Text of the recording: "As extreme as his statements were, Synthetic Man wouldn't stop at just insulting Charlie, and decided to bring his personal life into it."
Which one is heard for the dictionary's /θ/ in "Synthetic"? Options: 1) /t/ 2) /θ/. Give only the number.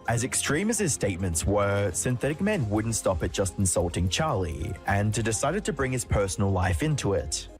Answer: 2